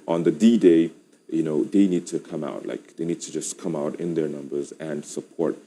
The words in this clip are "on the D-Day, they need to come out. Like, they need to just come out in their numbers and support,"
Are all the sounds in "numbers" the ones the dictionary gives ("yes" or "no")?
yes